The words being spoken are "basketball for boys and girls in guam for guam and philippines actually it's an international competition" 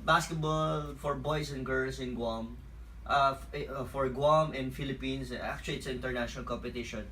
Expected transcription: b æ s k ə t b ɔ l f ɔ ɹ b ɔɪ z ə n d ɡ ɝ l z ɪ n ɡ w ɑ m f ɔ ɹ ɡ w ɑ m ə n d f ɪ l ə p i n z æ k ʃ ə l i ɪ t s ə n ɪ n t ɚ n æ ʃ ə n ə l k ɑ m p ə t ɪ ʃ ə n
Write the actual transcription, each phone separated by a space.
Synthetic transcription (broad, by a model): b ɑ s k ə t b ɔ l f ɔ ɹ b ɔɪ s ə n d ɡ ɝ l s ɪ n ɡ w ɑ m f ɔ ɹ ɡ w ɑ m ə n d f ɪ l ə p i n s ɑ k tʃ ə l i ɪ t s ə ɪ n t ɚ n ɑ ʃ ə n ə l k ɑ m p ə t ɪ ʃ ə n